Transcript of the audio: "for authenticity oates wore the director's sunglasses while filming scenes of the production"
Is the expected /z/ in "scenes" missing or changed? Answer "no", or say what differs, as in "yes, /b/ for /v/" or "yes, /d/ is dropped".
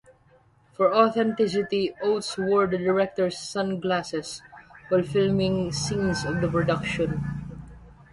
yes, /s/ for /z/